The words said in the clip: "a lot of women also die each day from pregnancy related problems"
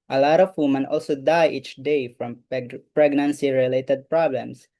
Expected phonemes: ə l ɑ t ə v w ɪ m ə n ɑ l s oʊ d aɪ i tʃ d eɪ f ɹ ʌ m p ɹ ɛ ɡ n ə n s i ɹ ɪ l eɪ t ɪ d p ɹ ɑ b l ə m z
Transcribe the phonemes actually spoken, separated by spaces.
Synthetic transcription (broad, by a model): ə l ɑ t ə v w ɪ m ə n ɑ l s oʊ d aɪ i tʃ d eɪ f ɹ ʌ m p ɹ ɛ ɡ n ə n s i ɹ ɪ l eɪ t ɪ d p ɹ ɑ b l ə m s